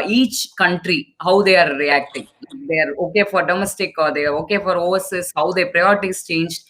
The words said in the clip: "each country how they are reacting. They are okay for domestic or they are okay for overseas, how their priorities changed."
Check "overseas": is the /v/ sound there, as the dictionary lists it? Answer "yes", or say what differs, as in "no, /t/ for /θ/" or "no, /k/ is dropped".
no, /v/ is dropped